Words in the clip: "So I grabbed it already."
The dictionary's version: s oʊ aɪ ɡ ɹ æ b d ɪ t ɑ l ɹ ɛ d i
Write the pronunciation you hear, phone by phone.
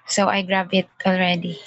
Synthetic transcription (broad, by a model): s oʊ aɪ ɡ ɹ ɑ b ɪ t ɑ l ɹ ɛ d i